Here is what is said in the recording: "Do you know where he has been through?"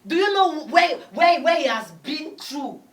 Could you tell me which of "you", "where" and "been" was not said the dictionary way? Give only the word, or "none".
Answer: where